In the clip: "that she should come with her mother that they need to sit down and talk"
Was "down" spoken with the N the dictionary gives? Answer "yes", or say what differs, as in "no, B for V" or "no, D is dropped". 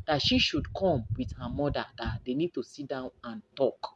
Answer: yes